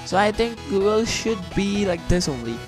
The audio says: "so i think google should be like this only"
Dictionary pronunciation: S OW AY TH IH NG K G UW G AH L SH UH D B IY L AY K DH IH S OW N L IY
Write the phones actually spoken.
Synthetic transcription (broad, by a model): S OW AY T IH NG K G UW G AH L SH UH D B IY L AY K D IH S OW N L IY